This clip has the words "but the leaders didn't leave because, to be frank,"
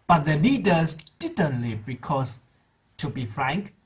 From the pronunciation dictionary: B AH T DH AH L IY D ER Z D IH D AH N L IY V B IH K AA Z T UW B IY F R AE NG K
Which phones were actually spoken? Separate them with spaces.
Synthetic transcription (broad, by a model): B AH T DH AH L IY D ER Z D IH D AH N L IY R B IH K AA S T UW B IY F R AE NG K